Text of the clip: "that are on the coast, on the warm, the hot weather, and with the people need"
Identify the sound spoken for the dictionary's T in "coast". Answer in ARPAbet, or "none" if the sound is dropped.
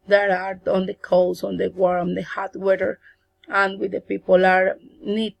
none